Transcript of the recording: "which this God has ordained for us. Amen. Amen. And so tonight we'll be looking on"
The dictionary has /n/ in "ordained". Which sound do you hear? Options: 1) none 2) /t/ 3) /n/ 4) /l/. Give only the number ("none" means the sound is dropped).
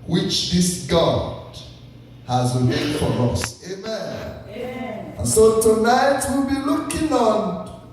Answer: 1